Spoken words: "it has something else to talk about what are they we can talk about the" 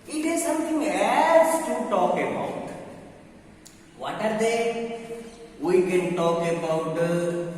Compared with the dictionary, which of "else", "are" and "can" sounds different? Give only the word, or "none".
else